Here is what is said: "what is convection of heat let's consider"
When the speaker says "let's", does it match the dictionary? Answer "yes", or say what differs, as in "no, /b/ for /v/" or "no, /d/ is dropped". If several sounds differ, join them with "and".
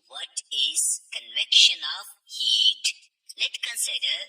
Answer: no, /s/ is dropped